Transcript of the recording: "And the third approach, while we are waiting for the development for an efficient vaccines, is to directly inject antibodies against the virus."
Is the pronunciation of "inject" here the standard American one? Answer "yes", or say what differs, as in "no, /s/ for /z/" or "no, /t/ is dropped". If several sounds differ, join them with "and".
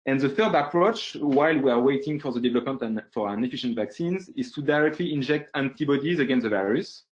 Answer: yes